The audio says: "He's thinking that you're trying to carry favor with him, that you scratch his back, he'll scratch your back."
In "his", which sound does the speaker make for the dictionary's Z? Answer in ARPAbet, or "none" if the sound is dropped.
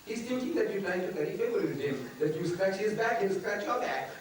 Z